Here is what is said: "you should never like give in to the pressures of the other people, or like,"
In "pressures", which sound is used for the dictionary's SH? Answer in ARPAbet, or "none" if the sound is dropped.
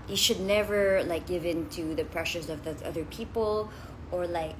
SH